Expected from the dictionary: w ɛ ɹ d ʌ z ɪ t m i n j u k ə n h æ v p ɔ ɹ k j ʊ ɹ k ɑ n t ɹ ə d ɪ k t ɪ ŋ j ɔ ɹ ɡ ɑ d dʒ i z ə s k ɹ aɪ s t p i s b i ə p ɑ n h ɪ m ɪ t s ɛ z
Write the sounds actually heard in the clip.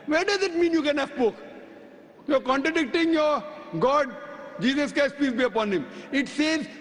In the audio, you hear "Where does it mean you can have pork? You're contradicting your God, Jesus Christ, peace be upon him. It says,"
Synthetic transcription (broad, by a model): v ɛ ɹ d ʌ z ɪ t m i n j u k ə n h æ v p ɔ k j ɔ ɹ k ɑ n t ɹ ə d ɪ k t ɪ ŋ j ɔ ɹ ɡ ɑ d dʒ i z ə s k aɪ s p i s b i ə p ɑ n h ɪ m ɪ t s ɛ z